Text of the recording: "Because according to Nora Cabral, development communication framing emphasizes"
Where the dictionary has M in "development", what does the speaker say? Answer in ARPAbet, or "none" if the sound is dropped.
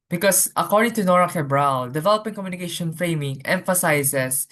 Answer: none